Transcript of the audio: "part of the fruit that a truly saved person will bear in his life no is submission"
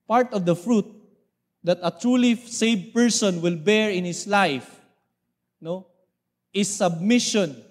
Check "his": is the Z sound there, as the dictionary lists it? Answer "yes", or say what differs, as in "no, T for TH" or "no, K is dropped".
no, S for Z